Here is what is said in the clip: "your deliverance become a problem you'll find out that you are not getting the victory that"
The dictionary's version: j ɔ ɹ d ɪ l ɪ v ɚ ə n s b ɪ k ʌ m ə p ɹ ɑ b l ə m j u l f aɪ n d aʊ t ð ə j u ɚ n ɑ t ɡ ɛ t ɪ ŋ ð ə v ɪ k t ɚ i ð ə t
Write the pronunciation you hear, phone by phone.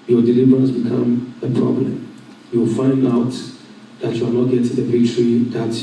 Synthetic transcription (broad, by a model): j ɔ d ɪ l ɪ v ɚ ə n s b ɪ k ʌ m ə p ɹ ɑ b l ə m j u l f aɪ n d aʊ t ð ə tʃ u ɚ n ɑ t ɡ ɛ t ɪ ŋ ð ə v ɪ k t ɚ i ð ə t